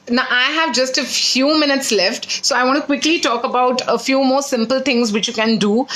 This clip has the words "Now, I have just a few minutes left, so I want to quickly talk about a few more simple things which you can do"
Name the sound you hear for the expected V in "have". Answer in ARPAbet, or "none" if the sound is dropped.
V